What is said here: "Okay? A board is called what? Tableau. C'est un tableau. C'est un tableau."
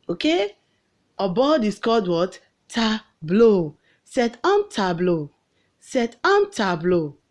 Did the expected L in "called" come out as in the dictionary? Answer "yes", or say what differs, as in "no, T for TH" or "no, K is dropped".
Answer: no, L is dropped